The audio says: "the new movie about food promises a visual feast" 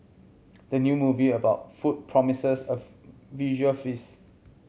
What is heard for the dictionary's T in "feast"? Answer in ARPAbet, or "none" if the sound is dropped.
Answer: none